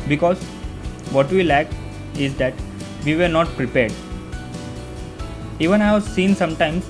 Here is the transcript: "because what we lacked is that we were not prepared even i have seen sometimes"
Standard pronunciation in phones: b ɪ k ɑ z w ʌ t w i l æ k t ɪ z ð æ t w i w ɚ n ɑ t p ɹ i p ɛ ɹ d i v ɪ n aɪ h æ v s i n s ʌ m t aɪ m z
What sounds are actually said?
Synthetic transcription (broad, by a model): b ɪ k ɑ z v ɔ t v i l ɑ k ɪ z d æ t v i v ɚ n ɑ t p ɹ i p ɛ ɹ d i v ɪ n aɪ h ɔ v s i n s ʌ m t aɪ m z